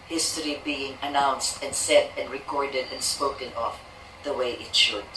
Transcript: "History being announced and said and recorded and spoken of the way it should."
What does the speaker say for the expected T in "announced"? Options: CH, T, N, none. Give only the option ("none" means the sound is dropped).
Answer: T